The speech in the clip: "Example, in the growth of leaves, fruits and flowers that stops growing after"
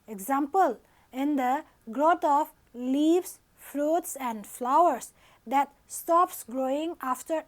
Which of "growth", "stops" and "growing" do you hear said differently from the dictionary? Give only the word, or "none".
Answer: growth